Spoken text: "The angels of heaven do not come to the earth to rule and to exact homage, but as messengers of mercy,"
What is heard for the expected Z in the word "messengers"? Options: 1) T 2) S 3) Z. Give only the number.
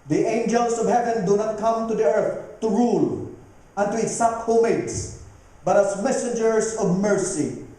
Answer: 2